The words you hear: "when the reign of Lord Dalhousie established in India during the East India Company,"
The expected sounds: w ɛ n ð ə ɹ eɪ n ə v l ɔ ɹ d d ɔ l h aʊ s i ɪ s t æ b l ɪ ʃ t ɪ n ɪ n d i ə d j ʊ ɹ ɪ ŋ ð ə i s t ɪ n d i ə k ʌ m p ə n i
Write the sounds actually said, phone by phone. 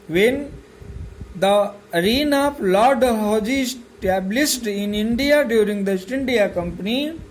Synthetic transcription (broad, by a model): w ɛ n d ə ɹ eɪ n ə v l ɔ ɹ d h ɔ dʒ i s t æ b l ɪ s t ɪ n ɪ n d i ə d j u ɹ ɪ ŋ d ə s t ɪ n d i ə k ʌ m p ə n i